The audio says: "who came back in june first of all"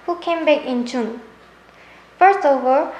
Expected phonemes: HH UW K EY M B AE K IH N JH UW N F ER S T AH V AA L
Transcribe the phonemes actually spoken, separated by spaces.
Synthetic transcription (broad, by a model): HH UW K EY M B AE K IH N CH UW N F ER S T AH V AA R